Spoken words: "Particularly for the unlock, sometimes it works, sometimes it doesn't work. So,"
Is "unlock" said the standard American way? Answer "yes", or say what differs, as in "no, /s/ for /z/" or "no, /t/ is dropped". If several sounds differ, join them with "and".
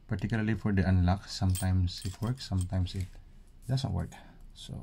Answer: yes